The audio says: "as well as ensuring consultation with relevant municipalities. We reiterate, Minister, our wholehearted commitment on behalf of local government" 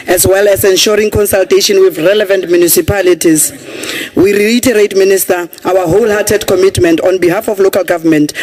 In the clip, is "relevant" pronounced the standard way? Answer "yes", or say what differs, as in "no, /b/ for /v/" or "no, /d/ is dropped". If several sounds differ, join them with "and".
yes